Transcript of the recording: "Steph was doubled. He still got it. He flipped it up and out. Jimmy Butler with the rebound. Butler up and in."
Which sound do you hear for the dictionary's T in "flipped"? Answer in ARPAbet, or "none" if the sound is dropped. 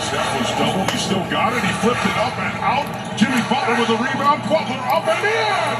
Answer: T